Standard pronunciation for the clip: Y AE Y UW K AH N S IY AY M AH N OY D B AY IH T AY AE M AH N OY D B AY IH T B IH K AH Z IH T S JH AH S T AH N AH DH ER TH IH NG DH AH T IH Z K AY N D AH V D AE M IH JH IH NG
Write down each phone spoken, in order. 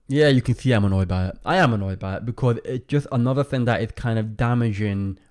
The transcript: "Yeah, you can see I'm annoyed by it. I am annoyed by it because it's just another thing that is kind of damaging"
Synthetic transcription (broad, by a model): Y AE Y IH K AH N S IY AY M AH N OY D B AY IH T AY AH M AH N OY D B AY IH T B IH K AH Z IH T S JH AH S T AH N AH DH ER TH IH NG DH AH T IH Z K AY N D AH V D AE M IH JH IH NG